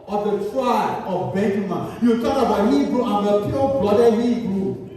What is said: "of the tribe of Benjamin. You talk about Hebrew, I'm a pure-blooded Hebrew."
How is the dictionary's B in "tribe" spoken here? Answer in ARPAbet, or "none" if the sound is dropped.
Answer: none